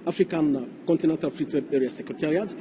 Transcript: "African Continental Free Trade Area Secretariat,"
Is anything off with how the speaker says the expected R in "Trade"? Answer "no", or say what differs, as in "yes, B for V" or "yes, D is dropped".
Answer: yes, R is dropped